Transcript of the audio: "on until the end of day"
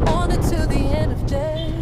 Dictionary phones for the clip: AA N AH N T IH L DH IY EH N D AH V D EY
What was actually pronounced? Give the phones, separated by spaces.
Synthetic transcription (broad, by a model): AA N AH T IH DH IY EH N D AH V D EY